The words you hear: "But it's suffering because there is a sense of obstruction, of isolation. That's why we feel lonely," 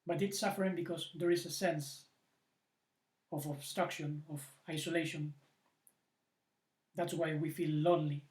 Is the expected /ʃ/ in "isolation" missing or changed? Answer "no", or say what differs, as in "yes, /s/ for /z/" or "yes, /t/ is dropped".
no